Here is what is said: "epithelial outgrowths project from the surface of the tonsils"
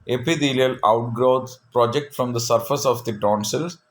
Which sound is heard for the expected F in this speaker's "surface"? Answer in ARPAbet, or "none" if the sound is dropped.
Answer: F